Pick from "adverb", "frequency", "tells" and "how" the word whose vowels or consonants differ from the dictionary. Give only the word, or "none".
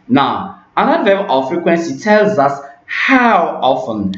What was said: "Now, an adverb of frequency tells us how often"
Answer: adverb